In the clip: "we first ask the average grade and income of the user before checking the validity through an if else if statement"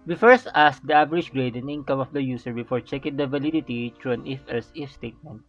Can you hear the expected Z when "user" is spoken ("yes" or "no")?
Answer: no